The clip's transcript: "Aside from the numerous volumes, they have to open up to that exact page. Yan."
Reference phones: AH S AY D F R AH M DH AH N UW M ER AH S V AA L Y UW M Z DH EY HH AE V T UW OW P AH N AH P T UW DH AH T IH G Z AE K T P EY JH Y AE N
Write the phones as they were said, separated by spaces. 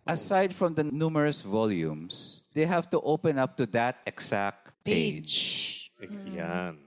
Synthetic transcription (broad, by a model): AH S AY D F R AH M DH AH N UW M ER AH S V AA L Y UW M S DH EY HH AE V T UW OW P AH N AH P T UW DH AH T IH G S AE K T P EY JH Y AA N